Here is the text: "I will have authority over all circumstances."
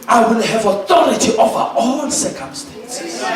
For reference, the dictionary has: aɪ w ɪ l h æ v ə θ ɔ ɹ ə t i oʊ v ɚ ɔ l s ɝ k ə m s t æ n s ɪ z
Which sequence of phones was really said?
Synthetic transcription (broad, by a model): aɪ w ɪ l h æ v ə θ ɔ ɹ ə t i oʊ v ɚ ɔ n s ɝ k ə m s t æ n s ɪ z